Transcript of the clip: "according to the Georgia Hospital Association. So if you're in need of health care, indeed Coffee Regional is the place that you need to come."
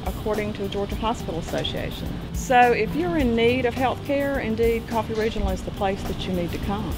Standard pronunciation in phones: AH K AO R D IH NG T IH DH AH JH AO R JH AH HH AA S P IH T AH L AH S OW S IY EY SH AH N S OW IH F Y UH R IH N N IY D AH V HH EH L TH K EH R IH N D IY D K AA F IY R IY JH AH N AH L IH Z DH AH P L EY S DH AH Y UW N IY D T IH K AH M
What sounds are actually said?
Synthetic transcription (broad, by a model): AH K AO R D IH NG T IH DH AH JH AO R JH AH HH AA S P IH T L AH S OW S IY EY SH AH N S OW IH F Y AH R IH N N IY D AH V HH EH L TH K EH R IH N D IY D K AA F IY R IY JH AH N L IH Z DH AH P L EY S DH AH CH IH N IY D T IH K AH M